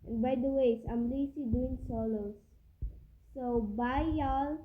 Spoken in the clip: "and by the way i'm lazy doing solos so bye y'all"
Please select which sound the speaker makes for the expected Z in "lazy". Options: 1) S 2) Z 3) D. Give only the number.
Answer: 1